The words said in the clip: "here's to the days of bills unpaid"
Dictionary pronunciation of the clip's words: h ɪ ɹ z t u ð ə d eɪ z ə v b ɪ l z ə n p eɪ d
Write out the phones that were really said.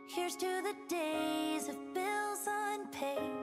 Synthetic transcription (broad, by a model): h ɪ ɹ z t u ð ə d eɪ z ə v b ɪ l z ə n p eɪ